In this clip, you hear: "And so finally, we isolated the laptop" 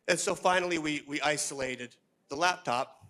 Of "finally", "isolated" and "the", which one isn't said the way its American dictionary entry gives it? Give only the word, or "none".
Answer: finally